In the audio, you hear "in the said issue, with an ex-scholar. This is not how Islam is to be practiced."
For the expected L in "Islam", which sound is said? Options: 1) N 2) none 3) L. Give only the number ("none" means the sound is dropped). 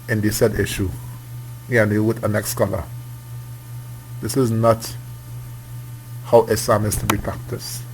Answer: 2